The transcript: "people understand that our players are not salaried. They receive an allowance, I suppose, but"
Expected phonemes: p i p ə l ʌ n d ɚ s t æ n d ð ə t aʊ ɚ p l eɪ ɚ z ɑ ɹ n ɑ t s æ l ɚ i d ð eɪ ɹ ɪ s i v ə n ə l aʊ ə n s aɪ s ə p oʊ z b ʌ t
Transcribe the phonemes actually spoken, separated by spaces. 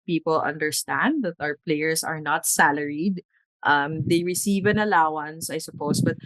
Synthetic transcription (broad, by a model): p i p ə l ʌ n d ɚ s t æ n d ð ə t aʊ ɚ p l eɪ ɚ s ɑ ɹ n ɑ t s æ l ɚ i d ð eɪ ɹ ɪ s i v ə n ə l aʊ ə n s aɪ s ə p oʊ s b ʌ t